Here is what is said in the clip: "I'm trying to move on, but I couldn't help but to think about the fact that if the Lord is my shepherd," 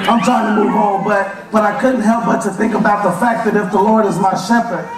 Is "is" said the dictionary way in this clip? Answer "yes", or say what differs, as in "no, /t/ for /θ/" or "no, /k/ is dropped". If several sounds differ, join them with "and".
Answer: yes